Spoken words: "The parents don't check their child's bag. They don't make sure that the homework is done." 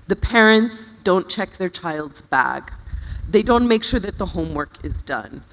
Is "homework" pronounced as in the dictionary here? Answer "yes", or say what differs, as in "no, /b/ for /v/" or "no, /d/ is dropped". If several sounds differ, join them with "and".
yes